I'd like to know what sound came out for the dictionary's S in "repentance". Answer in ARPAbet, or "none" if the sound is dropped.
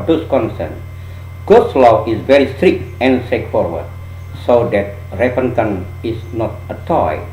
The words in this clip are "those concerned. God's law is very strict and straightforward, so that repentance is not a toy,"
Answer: none